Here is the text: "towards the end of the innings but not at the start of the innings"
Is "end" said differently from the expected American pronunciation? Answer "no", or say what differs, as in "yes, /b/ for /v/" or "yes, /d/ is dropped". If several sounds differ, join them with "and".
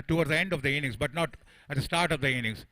no